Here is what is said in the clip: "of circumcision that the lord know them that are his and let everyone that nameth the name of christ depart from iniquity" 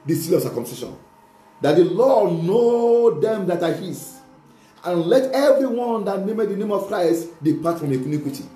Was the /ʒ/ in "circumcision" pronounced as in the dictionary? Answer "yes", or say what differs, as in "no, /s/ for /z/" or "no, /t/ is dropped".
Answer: no, /ʃ/ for /ʒ/